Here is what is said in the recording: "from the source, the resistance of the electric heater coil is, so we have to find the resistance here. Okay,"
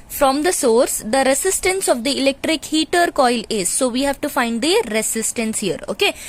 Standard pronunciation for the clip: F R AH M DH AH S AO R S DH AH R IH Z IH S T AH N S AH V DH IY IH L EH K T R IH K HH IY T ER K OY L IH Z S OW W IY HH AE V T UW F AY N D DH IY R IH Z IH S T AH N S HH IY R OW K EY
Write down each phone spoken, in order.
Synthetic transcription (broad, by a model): F R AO M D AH S AO R S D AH R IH S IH S T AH N S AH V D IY IH L EH K T R IH K HH IY T ER K OY L IH Z S OW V IY HH AE V T UW F AY N D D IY R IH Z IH S T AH N S HH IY R OW K EY